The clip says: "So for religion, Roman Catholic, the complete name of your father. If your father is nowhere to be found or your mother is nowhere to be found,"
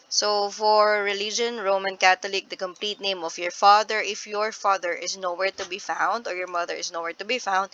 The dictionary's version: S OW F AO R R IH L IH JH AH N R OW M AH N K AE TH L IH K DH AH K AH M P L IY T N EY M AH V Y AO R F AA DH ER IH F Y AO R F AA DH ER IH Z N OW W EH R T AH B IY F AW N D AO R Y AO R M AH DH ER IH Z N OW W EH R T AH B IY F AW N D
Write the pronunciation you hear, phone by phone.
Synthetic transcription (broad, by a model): S OW F AO R R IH L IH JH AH N R OW M AH N K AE T L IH K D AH K AH M P L IY T N EY M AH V Y AO R F AA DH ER IH F Y AO R F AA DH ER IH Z N OW W EH R T AH B IY F AW N D AO R Y AO R M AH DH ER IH S N OW W EH R T AH B IY F AW N D